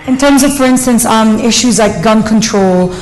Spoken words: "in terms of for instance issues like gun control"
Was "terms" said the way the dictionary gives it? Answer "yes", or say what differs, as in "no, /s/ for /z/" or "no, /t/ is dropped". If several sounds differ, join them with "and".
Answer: yes